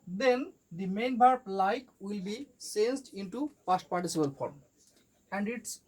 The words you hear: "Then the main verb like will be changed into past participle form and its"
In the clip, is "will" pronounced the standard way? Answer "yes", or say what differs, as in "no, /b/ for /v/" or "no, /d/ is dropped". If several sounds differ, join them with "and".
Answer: yes